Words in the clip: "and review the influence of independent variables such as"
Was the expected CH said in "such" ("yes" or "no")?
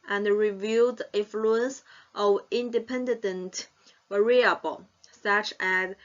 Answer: yes